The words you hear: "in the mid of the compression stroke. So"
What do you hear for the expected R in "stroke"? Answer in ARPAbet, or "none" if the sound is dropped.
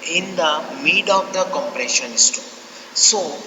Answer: none